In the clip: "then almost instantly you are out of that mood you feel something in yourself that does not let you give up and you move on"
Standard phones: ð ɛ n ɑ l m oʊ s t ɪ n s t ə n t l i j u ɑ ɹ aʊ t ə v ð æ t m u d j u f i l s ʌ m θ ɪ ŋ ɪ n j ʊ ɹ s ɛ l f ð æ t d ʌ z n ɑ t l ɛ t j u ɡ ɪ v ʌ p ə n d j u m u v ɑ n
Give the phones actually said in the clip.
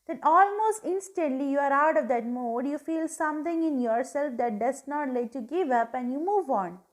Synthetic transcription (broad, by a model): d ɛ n ɑ l m oʊ s t ɪ n s t ə n t l i j u ɑ ɹ aʊ t ə v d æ t m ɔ d j u f i l s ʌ m t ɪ ŋ ɪ n j ʊ ɹ s ɛ l f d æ t d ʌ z n ɑ t l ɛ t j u ɡ ɪ v ʌ p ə n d j u m u v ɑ n